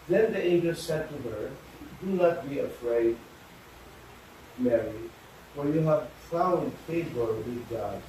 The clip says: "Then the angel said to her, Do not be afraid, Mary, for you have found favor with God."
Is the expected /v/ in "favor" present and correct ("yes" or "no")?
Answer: no